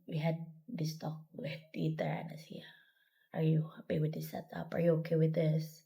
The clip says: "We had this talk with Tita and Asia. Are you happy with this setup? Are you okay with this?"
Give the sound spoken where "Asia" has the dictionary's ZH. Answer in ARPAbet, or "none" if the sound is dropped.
S